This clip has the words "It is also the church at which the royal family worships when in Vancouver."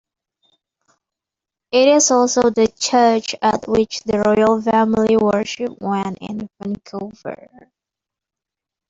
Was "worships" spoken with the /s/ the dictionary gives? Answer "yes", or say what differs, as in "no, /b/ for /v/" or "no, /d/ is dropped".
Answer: no, /s/ is dropped